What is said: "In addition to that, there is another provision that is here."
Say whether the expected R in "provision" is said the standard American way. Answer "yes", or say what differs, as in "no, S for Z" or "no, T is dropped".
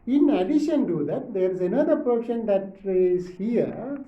no, R is dropped